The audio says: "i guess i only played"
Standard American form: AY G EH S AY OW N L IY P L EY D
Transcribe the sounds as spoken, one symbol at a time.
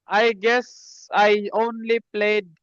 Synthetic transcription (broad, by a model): AY G EH S AY OW N L IY P L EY D